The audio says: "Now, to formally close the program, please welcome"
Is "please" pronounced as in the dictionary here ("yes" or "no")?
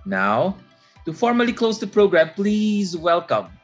yes